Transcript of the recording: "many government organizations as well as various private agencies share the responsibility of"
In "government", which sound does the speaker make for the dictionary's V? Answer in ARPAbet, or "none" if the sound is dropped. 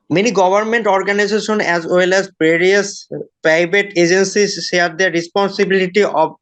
B